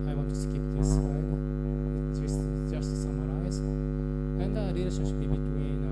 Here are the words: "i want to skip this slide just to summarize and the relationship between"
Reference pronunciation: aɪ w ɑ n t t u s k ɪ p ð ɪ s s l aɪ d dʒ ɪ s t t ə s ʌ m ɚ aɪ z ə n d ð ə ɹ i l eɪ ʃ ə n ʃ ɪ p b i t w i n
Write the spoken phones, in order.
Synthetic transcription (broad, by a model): aɪ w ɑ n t t u s k ɪ p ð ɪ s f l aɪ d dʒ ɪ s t t ə s ʌ m ɚ aɪ z ə n d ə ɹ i l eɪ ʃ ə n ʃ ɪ b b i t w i n